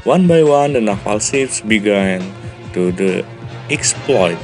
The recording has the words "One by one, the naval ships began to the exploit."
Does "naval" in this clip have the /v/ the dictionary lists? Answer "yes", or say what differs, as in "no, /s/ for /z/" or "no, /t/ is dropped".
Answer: no, /f/ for /v/